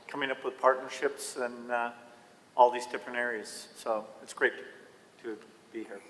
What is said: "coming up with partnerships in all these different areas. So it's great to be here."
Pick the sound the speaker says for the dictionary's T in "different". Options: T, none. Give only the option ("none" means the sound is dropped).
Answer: none